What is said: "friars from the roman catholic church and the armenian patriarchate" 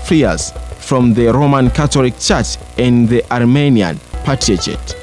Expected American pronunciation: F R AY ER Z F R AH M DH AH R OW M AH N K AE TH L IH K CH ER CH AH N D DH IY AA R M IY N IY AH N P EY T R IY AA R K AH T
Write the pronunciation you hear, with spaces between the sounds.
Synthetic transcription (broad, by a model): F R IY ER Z F R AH M DH AH R OW M AH N K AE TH L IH K CH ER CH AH N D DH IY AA R M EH N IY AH N P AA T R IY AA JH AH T